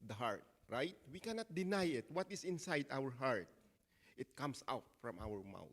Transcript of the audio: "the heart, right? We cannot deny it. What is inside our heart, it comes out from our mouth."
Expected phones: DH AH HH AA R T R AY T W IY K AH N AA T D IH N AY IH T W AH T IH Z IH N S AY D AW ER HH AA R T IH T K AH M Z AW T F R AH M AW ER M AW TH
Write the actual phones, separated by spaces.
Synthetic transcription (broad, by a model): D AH HH AA R T R AY T W IY K AH N AA T D IH N AY IH T W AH T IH S IH N S AY D AW ER HH AA R T IH T K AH M S AW T F R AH M AW ER M AW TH